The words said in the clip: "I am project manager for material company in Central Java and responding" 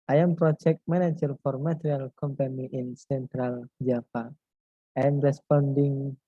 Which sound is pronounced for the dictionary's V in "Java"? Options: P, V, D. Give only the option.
P